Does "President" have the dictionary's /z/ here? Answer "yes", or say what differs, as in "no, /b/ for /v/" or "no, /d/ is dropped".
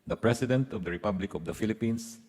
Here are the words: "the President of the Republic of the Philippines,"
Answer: no, /s/ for /z/